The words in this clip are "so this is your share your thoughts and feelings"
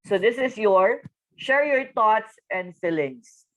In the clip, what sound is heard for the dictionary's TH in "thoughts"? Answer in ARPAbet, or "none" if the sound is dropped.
T